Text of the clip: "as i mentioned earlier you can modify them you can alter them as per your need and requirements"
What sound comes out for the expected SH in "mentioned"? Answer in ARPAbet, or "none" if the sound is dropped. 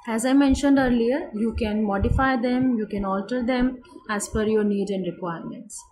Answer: SH